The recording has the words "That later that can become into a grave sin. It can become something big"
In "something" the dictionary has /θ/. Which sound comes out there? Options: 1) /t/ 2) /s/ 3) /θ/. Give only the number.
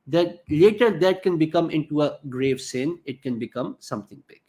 1